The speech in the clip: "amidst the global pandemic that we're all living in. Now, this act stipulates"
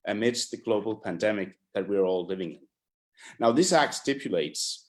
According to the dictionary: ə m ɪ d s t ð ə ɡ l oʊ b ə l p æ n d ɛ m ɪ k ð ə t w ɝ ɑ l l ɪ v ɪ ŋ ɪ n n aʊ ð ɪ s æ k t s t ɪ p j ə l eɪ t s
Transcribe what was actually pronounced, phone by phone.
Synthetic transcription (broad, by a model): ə m ɪ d s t ð ə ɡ l oʊ b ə l p æ n d ɛ m ɪ k ð ə t w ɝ ɑ l l ɪ v ɪ ŋ ɪ n n aʊ ð ɪ s æ k t s t ɪ p j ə l eɪ t s